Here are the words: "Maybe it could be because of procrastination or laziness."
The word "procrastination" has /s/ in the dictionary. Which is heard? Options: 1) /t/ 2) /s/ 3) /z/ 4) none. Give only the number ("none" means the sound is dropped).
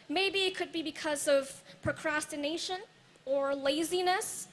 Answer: 2